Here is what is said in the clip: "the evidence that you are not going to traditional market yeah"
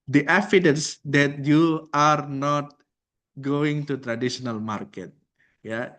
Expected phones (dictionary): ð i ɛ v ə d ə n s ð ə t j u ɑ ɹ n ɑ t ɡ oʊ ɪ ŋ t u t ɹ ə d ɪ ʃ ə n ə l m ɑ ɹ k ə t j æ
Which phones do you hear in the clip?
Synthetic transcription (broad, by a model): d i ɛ f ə d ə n s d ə t j u ɑ ɹ n ɑ t ɡ oʊ ɪ ŋ t u t ɹ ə d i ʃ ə n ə l m ɑ ɹ k ə t j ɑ